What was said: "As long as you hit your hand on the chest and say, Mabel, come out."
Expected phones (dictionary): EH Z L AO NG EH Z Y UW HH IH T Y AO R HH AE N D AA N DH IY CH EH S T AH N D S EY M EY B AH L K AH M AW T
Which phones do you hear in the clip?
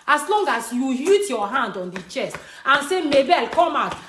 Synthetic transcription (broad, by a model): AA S L AO NG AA S Y UW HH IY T Y AO HH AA N D AA N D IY CH EH S T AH N S EY M EY B AH L K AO M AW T